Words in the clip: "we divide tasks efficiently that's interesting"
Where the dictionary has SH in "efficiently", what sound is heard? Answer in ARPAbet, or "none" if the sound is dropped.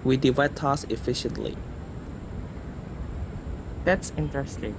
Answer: SH